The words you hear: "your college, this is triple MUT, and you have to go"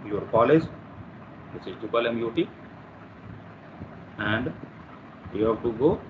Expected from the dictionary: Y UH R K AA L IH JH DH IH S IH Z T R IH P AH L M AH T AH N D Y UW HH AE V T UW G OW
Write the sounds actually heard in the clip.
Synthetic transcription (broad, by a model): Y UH R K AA L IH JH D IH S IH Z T UW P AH L M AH T AH N D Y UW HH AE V T UW G OW